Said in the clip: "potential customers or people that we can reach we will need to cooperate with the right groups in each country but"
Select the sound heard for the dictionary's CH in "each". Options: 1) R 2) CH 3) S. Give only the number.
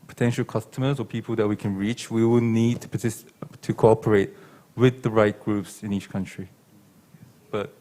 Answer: 2